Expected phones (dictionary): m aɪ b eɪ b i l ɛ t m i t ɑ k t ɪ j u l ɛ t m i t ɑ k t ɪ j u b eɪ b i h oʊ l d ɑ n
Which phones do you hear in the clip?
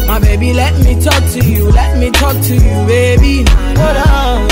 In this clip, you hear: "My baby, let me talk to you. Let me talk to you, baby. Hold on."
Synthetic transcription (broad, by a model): m aɪ b eɪ b i l ɛ t m i t ɑ k t ɪ j u l ɛ t m i t ɑ k t ɪ j u b eɪ b i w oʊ d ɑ